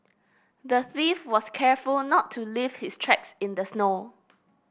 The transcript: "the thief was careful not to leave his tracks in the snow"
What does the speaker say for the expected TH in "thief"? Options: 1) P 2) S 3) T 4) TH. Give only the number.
4